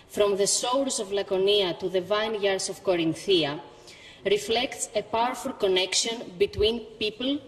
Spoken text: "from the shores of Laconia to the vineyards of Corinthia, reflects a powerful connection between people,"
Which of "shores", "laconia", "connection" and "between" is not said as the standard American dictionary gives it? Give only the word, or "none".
shores